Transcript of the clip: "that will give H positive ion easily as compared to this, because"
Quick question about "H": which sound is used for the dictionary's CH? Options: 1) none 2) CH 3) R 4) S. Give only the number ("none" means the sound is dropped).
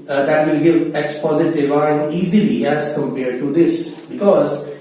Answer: 4